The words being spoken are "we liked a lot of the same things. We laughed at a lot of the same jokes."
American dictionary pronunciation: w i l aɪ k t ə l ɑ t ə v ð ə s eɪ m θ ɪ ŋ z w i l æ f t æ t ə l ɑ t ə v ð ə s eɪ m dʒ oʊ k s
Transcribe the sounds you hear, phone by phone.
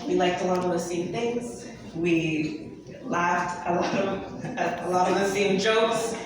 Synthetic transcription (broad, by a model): w i l aɪ k t ə l ɑ t ə v ð ə s eɪ m θ ɪ ŋ z w i l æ f t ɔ t ə l ɑ t ə v ð ə s eɪ m dʒ oʊ k s